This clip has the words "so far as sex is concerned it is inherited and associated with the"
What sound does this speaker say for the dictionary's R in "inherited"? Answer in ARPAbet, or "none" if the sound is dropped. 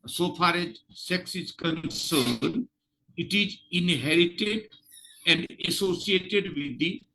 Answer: R